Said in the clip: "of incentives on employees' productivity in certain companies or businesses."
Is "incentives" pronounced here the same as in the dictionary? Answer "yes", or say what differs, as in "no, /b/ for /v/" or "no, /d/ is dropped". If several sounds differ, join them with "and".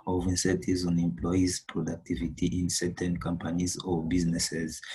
no, /n/ is dropped and /v/ is dropped